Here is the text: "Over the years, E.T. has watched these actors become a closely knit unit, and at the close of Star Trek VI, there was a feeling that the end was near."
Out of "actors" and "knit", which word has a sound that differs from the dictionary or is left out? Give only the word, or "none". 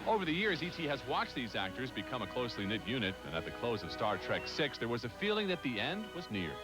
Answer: none